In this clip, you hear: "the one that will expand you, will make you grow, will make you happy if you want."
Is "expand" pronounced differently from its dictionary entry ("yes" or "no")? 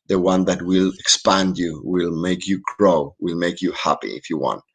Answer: no